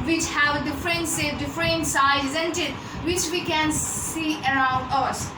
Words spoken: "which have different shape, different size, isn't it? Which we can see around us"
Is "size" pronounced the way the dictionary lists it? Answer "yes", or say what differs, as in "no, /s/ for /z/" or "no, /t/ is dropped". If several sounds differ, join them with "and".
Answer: no, /z/ is dropped